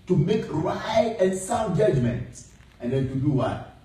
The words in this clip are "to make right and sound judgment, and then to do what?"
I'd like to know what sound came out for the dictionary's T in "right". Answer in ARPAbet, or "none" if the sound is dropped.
none